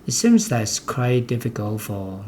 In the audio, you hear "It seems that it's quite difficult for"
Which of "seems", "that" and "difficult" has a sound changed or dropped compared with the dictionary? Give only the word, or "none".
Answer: none